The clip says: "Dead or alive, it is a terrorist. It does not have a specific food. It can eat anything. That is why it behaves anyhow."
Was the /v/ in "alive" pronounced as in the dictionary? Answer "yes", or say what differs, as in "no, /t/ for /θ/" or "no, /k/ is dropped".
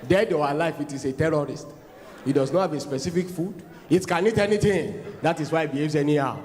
no, /f/ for /v/